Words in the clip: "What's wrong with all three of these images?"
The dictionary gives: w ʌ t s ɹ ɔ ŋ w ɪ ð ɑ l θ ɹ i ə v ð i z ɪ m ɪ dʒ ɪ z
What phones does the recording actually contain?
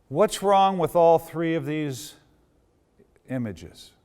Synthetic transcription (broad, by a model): w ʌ t s ɹ ɔ ŋ w ɪ ð ɑ l θ ɹ i ə v ð i z ɪ m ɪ dʒ ɪ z